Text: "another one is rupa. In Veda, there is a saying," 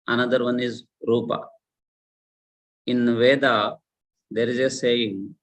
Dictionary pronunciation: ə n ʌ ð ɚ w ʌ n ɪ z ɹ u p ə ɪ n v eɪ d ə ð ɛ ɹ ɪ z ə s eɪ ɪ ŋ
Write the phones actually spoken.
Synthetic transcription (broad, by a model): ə n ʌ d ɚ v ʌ n ɪ z ɹ u p ə ɪ n v eɪ d ə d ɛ ɹ ɪ z ə s eɪ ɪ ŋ